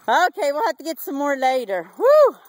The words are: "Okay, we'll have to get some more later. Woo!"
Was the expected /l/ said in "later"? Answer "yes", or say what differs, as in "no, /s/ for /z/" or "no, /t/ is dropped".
yes